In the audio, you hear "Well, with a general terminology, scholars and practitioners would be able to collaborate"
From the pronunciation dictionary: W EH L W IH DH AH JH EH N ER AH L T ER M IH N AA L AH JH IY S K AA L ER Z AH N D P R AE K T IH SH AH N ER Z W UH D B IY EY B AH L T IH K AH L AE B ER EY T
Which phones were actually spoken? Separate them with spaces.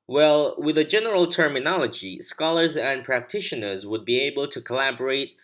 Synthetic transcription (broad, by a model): W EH L W IH DH AH JH EH N ER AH L T ER M IH N AA L AH JH IY S K AA L ER Z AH N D P R AE K T IH SH AH N ER Z W UH D B IY EY B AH L T IH K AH L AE B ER EY T